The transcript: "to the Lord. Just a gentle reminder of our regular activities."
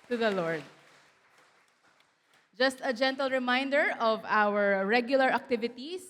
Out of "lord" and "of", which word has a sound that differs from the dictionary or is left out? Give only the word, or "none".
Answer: none